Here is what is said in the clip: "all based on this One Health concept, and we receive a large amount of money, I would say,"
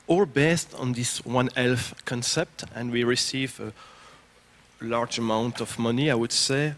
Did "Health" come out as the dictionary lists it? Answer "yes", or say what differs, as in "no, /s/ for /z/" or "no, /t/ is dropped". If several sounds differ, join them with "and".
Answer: no, /f/ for /θ/